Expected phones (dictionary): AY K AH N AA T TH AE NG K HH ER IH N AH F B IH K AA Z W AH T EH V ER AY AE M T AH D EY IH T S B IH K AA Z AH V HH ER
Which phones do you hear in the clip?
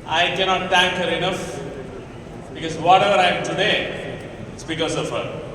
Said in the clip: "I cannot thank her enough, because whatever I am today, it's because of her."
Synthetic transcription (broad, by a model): AY K AH N AA T T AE NG K HH ER IH N AH F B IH K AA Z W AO T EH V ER AY M T AH D EY IH T S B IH K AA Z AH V HH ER